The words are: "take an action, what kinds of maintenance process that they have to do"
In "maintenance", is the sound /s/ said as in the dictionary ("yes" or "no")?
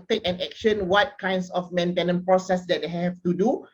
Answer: no